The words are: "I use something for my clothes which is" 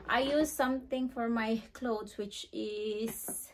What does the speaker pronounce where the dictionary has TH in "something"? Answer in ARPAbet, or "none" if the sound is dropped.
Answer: T